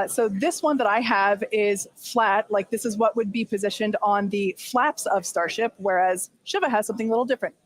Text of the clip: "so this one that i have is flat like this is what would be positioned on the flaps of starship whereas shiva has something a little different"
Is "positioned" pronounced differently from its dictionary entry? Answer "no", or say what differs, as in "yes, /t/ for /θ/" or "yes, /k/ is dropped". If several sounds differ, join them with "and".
no